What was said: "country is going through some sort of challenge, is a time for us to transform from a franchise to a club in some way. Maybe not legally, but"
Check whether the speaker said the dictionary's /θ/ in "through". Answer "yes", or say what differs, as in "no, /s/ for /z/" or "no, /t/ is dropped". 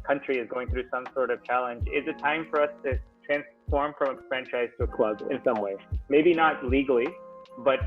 yes